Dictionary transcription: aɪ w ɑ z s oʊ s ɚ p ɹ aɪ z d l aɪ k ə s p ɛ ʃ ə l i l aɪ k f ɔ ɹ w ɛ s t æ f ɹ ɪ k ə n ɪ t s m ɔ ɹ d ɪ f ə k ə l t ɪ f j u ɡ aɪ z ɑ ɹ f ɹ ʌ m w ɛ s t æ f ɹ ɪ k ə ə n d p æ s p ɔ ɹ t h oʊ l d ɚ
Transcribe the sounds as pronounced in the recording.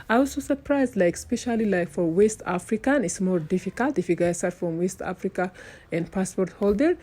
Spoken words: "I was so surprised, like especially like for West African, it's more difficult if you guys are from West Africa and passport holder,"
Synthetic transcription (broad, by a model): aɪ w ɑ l s oʊ s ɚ p ɹ aɪ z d l aɪ k s p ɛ ʃ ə l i l aɪ k f ɔ ɹ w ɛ s t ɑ f ɹ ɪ k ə n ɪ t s m ɔ ɹ d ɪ f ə k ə l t ɪ f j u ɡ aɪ s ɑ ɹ f ɹ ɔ m w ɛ s t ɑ f ɹ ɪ k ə ə n d p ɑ s p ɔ ɹ t h oʊ l d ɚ